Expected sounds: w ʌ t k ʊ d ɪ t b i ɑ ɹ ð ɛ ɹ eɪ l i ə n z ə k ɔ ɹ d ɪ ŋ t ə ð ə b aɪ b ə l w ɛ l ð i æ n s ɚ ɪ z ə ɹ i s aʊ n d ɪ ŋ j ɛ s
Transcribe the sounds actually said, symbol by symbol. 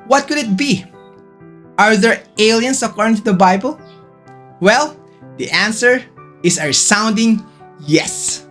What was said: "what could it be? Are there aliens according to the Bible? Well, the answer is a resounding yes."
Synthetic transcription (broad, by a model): w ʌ t k ʊ d ɪ t b i ɑ ɹ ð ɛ ɹ eɪ l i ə n s ə k ɔ ɹ d ɪ ŋ t ə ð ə b aɪ b ə l w ɛ l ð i æ n s ɚ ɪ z ə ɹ s aʊ n d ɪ ŋ j ɛ s